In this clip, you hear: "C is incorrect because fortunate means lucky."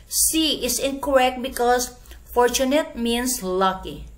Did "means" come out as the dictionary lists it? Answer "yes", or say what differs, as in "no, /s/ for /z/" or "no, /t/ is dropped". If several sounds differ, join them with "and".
no, /s/ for /z/